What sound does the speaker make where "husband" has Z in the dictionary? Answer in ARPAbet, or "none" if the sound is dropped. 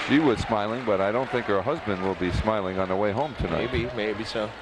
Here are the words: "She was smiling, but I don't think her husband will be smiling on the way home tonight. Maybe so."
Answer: Z